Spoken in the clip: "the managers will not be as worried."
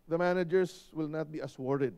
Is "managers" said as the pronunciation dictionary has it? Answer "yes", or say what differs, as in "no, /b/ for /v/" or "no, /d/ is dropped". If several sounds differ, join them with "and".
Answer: no, /s/ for /z/